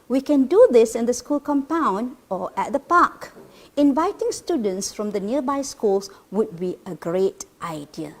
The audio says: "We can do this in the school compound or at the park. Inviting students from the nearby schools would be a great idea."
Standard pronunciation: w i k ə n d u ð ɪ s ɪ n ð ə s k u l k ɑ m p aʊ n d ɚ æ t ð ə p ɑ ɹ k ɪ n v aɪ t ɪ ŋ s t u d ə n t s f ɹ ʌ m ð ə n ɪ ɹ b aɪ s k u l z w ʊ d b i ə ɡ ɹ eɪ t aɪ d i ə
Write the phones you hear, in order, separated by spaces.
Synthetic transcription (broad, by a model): w i k ə n d u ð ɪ s ɪ n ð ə s k u l k ɑ m p aʊ n d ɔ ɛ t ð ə p ɑ k ɪ n v aɪ t ɪ ŋ s t u d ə n t s f ɹ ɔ m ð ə n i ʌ b aɪ s k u l s w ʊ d b i ə ɡ ɹ eɪ t aɪ d i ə